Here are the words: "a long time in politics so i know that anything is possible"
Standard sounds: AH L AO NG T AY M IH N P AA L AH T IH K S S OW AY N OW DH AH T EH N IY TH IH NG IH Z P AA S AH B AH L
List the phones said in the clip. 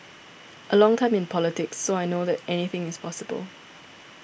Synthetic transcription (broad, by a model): AH L AO NG T AY M IH N P AA L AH T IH K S S OW AY N OW DH AH T EH N IY TH IH NG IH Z P AA S AH B AH L